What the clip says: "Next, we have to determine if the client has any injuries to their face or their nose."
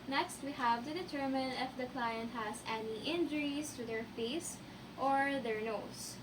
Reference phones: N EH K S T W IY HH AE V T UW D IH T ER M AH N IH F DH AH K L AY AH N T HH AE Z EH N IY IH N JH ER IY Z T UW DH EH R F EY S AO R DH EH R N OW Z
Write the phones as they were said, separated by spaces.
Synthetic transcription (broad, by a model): N EH K S T W IY HH AE V T UW D IH T ER M AH N IH F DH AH K L AY AH N T HH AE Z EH N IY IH N JH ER IY S T UW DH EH R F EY S AO R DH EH R N OW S